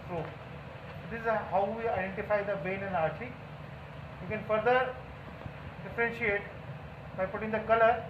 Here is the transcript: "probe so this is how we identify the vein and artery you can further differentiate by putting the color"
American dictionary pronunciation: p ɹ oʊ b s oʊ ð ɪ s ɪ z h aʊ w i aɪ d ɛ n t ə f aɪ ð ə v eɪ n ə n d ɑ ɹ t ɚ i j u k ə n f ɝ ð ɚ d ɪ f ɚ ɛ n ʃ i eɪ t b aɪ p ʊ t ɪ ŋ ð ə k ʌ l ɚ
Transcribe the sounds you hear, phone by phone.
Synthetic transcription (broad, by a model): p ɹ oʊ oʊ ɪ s ɪ z h aʊ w i aɪ d ɛ n t ə f aɪ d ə b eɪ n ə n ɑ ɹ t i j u k ə n f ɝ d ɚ d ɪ f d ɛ n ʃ i eɪ t b aɪ p ʊ t ɪ ŋ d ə k ʌ l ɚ